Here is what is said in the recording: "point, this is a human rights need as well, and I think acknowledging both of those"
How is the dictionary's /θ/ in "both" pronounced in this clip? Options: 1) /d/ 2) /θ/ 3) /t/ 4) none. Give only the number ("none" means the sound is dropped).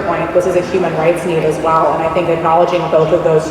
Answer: 2